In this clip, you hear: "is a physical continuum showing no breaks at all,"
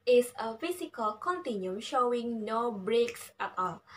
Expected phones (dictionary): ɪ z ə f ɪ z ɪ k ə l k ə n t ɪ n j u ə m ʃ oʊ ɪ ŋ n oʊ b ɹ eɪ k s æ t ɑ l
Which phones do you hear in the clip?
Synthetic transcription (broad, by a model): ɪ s ə f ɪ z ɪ k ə l k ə n t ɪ n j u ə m ʃ oʊ ɪ ŋ n oʊ b ɹ eɪ k s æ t ɑ l